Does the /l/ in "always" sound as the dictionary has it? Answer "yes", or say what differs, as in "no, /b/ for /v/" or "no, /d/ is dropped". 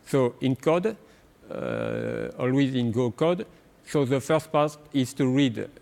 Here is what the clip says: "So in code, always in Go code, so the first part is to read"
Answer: yes